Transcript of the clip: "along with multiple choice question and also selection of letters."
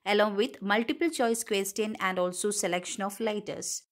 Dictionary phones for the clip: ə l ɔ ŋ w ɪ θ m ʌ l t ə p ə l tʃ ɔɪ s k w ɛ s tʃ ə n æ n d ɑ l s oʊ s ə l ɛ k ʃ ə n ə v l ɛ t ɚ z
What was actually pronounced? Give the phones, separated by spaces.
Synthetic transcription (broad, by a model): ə l ɔ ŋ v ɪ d m ʌ l t ə p ə l tʃ ɔɪ s k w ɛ s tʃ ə n æ n d ɑ l s oʊ s ə l ɛ k ʃ ə n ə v l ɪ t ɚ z